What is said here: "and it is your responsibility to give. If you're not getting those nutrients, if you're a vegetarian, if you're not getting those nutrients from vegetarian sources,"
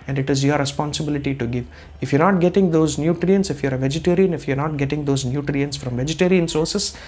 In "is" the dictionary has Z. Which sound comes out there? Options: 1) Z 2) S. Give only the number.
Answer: 1